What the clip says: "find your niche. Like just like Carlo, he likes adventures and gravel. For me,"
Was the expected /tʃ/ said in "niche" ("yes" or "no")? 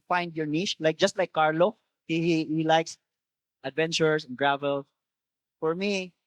no